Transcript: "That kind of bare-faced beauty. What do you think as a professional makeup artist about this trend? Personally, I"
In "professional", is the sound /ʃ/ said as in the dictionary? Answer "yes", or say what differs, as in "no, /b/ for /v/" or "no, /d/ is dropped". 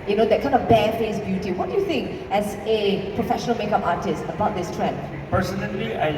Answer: yes